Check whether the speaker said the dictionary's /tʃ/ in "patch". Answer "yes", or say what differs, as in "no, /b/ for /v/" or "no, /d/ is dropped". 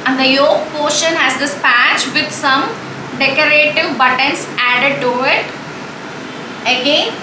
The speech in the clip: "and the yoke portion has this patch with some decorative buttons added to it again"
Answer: yes